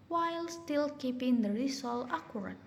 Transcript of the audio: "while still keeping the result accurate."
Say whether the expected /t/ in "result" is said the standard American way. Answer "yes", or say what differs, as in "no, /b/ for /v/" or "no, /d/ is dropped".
no, /t/ is dropped